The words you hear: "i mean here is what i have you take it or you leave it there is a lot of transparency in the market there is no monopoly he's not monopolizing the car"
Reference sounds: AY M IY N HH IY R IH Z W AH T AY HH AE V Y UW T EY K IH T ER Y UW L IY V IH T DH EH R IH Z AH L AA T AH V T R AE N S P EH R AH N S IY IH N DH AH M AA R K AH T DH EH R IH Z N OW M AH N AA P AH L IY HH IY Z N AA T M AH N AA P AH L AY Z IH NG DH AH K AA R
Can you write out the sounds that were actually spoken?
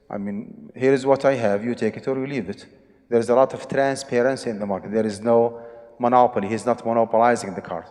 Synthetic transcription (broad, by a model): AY M IY N HH IY R IH Z W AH T AY HH AE V Y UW T EY K IH T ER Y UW L IY V IH T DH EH R IH Z AH L AA T AH V T R AE N S P EH R AH N S IY IH N DH AH M AA R K AH T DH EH R IH Z N OW M AH N AA P AH L IY HH IY Z N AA T M AH N AA P AH L AY Z IH NG DH AH K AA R